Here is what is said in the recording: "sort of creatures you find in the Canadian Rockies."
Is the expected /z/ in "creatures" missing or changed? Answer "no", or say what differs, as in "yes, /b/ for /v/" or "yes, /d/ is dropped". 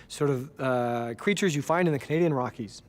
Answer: no